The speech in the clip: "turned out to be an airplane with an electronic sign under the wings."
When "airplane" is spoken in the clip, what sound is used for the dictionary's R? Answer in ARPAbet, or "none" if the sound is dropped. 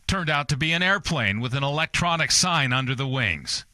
R